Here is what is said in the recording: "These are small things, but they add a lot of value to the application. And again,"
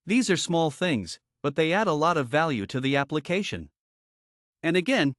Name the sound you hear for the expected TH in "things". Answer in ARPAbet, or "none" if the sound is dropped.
TH